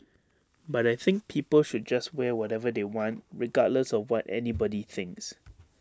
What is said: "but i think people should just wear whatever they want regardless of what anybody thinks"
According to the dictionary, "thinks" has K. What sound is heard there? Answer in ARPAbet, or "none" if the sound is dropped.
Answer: K